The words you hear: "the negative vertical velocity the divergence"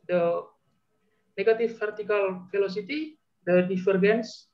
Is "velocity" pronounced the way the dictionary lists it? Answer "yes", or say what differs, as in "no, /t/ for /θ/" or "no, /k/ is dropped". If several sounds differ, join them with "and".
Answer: no, /f/ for /v/